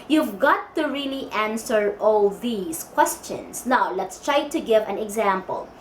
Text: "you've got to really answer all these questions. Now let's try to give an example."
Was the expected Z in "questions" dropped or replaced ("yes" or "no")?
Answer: yes